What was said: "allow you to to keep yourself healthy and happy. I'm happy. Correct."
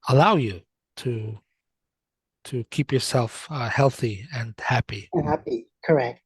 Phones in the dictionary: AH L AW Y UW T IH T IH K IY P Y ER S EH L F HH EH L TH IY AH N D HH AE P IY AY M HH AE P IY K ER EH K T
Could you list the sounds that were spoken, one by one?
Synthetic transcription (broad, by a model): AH L AW Y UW T IH T IH K IY P Y ER S EH L F HH EH L TH IY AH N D HH AE P IY HH AE P IY K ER EH K T